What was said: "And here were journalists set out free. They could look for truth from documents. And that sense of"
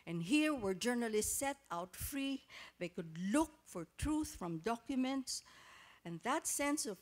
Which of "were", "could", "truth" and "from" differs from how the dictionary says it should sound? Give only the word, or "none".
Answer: none